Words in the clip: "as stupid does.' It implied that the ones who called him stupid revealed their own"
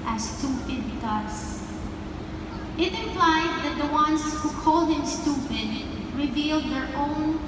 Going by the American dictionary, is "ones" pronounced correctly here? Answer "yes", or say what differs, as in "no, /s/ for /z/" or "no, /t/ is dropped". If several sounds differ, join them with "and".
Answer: no, /s/ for /z/